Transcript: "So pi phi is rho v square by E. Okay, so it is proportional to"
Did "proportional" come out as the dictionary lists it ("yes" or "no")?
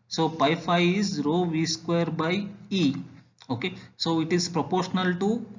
yes